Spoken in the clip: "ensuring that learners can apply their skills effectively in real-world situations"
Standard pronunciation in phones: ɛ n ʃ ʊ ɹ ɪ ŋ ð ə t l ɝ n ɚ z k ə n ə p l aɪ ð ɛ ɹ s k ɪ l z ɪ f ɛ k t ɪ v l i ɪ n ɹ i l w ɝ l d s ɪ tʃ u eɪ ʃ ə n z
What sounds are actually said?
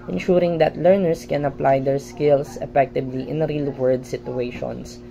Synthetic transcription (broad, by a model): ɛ n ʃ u ɹ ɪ ŋ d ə t l ɝ n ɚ s k ə n ə p l aɪ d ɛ ɹ s k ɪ l s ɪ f ɛ k t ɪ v l i ɪ n ɹ i l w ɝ d s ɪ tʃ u eɪ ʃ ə n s